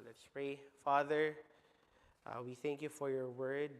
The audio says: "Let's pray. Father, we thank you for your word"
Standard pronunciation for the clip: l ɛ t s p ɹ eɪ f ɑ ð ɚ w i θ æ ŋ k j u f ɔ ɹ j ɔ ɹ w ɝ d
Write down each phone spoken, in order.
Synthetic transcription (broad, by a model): l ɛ t s p ɹ eɪ f ɑ ð ɚ w i θ æ ŋ k j u f ɔ ɹ j ɔ ɹ w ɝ d